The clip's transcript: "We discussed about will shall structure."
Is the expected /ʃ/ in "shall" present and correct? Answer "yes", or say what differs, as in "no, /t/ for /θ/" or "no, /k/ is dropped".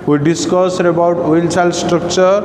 no, /s/ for /ʃ/